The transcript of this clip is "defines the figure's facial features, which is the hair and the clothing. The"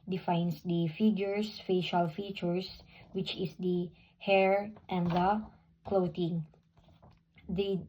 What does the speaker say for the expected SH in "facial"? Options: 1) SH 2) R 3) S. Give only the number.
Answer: 1